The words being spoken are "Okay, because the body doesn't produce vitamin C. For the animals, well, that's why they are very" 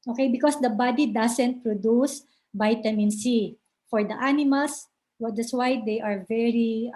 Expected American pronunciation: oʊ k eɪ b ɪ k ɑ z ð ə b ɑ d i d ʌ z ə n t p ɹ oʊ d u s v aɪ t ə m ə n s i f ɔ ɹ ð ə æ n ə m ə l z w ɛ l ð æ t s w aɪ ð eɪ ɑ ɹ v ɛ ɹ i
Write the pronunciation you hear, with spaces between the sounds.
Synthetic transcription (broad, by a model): oʊ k eɪ b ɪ k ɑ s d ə b ɑ d i d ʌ s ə n t p ɹ oʊ d u s b aɪ t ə m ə n s i f ɔ ɹ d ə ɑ n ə m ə l s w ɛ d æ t s w aɪ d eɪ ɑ ɹ v ɛ ɹ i